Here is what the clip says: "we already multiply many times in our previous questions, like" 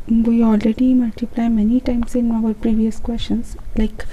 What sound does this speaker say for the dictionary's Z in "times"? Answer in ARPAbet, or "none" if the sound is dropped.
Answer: S